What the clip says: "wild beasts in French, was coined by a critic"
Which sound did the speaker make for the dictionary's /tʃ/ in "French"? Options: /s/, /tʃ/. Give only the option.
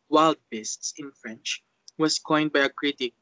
/tʃ/